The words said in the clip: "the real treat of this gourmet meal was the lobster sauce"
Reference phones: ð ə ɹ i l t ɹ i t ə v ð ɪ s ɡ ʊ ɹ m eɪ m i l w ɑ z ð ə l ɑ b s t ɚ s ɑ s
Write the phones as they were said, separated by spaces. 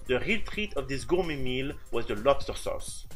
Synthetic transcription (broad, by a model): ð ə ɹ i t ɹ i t ə v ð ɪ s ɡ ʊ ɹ m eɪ m i l w ɑ z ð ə l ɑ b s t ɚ s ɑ s